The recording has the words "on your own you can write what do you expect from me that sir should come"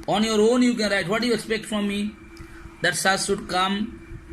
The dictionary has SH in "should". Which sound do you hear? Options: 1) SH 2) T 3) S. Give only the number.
3